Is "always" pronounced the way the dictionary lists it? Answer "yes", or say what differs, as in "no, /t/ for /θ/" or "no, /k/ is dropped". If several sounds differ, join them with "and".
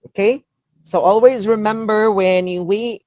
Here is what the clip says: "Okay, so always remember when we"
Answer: yes